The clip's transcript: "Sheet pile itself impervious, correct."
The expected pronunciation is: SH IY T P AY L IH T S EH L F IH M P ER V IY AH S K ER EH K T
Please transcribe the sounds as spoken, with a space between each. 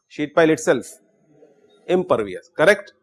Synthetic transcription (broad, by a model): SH IY T P AY L IH T S EH L F IH M P ER V IY AH S K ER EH K T